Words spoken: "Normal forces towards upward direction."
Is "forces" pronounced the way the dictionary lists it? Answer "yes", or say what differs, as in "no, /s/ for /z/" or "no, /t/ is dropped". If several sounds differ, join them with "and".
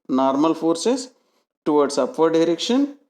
no, /s/ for /z/